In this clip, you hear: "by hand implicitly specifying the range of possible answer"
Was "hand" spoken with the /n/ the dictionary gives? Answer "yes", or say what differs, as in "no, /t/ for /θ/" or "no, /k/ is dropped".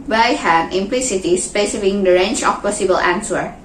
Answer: no, /n/ is dropped